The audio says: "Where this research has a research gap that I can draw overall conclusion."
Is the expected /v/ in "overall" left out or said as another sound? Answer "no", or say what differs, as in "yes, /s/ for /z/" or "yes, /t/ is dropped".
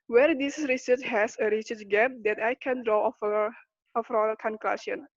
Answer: yes, /f/ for /v/